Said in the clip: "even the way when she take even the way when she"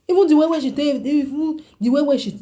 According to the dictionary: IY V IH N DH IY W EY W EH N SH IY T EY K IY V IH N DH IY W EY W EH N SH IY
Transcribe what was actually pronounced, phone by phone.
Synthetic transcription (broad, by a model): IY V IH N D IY W EY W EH SH IY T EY IY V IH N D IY W EY W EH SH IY